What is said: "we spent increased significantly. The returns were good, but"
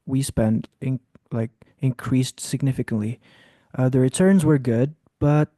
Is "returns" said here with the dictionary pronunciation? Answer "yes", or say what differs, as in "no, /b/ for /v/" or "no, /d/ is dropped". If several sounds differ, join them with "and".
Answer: yes